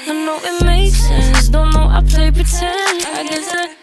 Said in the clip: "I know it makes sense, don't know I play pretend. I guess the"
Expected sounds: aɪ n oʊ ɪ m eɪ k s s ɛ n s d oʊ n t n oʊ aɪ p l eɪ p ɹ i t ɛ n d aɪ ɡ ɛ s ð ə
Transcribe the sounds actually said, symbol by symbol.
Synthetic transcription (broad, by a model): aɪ n oʊ ɪ m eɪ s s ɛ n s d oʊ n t n oʊ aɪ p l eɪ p i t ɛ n aɪ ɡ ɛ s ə